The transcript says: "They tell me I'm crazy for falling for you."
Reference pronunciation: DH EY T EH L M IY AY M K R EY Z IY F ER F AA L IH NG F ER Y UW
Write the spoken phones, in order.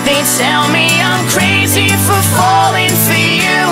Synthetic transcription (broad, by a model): DH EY T EH L M IY AY M K R EY Z IY F ER F AA L IH NG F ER Y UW